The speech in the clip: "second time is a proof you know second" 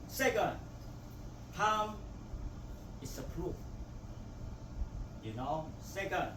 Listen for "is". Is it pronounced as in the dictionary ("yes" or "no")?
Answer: no